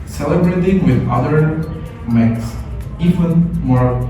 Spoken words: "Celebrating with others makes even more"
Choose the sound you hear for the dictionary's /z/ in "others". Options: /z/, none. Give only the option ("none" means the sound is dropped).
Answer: none